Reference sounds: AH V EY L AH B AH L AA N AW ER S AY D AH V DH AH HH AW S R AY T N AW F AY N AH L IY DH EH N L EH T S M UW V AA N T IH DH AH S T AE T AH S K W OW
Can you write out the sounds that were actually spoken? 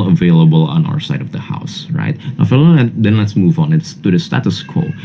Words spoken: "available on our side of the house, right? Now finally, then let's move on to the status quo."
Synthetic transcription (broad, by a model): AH V EY L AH B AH L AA N AW ER S AY D AH V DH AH HH AW S R AY T N AW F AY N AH IY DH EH N L EH T S M UW V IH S T IH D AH S T AE T AH S K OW